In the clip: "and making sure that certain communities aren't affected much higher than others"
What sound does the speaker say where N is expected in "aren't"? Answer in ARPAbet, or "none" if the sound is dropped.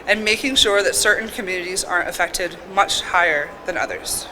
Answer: none